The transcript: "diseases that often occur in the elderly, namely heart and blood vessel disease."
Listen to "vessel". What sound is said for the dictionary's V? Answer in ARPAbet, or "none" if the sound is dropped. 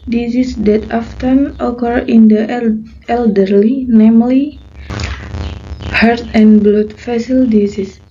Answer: F